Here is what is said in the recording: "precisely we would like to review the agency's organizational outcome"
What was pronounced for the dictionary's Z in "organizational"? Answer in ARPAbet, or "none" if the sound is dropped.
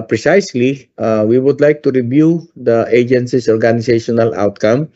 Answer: S